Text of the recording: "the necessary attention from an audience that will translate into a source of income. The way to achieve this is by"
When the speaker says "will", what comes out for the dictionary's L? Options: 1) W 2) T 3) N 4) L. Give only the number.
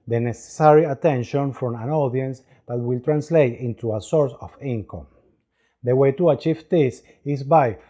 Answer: 4